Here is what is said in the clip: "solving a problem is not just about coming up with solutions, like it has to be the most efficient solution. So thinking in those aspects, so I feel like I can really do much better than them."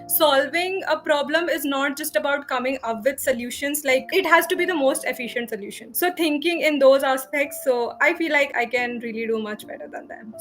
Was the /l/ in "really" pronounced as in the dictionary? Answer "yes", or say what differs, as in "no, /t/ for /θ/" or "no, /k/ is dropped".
yes